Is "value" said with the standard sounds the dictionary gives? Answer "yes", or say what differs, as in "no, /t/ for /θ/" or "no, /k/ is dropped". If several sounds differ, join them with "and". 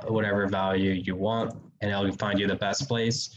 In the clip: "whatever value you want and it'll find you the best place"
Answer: yes